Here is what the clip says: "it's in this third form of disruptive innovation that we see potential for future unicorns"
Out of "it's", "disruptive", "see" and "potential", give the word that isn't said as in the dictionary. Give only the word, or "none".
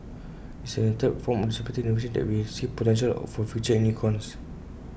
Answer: disruptive